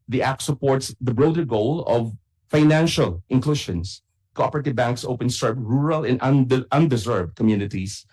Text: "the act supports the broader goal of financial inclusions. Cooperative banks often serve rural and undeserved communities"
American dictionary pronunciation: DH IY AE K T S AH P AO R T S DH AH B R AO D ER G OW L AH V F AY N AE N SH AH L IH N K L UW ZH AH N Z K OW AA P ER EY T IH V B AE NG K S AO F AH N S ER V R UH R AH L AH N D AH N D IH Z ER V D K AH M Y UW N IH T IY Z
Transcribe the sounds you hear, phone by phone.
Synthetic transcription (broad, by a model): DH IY AE K T S AH P AO R T S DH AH B R AO D ER G OW L AH V F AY N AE N SH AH L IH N K L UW SH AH N S K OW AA P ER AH T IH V B AE NG K S AO P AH N S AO P R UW R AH L AH N D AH N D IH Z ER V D K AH M Y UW N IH T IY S